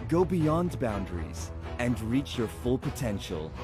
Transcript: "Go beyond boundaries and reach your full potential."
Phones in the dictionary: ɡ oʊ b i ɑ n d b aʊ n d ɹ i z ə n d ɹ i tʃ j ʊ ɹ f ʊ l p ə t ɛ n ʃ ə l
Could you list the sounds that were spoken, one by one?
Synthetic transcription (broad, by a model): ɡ oʊ b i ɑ n d b aʊ n d ɹ i z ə n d ɹ i tʃ j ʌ ɹ f ʊ l p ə t ɛ n ʃ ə l